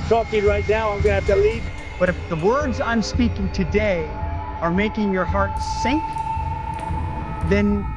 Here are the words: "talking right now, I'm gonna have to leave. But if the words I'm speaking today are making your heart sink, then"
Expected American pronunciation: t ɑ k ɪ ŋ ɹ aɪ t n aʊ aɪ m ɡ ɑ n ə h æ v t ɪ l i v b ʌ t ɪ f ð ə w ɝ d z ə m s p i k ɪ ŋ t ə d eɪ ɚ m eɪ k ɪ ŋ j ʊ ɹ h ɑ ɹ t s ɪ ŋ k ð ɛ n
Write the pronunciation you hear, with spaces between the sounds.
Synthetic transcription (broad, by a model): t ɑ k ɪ ɹ aɪ t n aʊ aɪ m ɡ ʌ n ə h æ f t ɪ l i v b ʌ t ɪ f ð ə w ɝ d z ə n s p i k ɪ ŋ t ə d eɪ ɚ m eɪ k ɪ ŋ j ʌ ɹ h ɑ ɹ t s ɪ ŋ k ð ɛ n